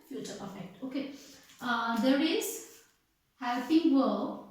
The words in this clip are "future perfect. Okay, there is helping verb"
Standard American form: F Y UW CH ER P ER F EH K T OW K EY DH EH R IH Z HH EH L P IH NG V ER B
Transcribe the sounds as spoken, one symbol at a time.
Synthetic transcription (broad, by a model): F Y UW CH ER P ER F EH K T OW K EY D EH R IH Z HH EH P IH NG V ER